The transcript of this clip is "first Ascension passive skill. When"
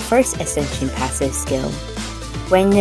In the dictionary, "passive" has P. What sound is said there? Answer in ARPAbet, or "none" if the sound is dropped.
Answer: P